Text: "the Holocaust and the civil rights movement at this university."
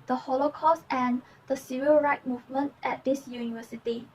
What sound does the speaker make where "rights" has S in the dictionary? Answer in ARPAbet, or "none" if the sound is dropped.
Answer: none